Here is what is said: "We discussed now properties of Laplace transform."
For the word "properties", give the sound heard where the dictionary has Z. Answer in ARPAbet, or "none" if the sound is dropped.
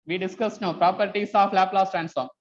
S